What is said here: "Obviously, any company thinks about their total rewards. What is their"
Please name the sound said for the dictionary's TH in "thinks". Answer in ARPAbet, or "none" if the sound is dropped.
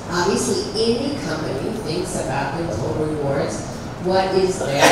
TH